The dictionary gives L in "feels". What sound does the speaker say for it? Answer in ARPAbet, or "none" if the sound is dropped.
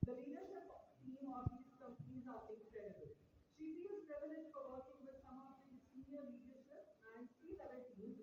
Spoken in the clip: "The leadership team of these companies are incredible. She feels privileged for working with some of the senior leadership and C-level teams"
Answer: none